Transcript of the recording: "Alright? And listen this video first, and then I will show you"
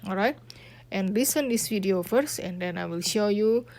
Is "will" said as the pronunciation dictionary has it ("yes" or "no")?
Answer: yes